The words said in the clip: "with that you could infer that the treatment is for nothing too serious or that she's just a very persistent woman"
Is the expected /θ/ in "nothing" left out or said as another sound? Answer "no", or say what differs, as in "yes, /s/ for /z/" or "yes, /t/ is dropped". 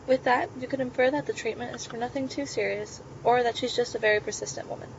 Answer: no